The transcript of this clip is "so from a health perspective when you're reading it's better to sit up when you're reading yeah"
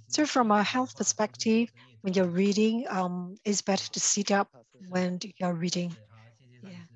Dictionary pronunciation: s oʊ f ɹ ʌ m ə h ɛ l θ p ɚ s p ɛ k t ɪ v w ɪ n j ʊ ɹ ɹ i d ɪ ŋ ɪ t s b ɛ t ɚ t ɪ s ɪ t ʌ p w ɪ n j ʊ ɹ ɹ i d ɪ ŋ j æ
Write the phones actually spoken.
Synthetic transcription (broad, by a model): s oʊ f ɹ ʌ m ə h ɛ l θ p ɚ s p ɛ k t ɪ v w ɪ n j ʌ ɹ ɹ i d ɪ ŋ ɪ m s b ɛ t ɚ t ɪ s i t ʌ p w ɪ n j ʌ ɹ ɹ i d ɪ ŋ j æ